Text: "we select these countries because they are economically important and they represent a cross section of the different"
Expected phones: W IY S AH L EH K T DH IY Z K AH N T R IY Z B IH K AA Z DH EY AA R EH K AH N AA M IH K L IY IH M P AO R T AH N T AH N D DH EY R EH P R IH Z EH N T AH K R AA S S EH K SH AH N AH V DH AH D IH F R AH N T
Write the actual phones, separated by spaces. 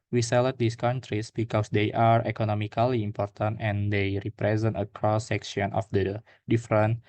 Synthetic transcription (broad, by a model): W IY S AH L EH T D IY S K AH N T R IY S B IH K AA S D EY AA R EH K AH N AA M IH K L IY IH M P AO R T AH N T AH N D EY R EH P R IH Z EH N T AH K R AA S S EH K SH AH N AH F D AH D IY F R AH N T